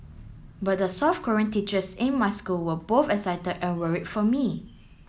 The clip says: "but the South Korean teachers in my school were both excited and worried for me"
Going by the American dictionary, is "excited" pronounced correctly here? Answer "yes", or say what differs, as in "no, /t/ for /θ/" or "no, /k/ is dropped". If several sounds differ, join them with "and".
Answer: no, /k/ is dropped